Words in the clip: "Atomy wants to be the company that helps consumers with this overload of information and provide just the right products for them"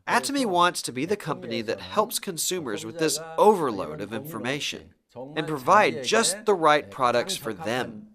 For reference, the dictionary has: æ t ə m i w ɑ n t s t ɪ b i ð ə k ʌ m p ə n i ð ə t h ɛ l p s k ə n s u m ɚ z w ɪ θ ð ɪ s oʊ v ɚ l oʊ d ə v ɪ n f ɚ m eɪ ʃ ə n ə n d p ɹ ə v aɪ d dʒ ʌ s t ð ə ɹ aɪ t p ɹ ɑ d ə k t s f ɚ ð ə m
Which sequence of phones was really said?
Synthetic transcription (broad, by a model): æ t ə m i w ɑ n t s t ɪ b i ð ə k ʌ m p ə n i ð ə t h ɛ l p s k ə n s u m ɚ z w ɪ ð ɪ s oʊ v ɚ l oʊ d ə v ɪ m f ɚ m eɪ ʃ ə n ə n p ɹ ə v aɪ d dʒ ʌ s t ð ə ɹ aɪ t p ɹ ɑ d ə k t s f ɚ ð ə m